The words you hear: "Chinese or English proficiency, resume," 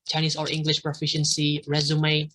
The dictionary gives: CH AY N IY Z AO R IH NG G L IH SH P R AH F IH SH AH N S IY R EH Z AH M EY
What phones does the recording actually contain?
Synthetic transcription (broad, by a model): CH AY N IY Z AO R IH NG G L IH SH P R AH F IH SH AH N S IY R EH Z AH M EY